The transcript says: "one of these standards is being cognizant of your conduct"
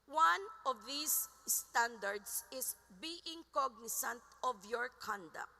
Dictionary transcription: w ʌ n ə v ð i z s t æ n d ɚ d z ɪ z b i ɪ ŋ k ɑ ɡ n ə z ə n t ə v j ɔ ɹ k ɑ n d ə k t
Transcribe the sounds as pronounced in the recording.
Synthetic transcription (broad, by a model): w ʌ n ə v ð i s t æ n d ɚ d s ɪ s b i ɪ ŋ k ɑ ɡ n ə s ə n t ə v j ɔ ɹ k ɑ n d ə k t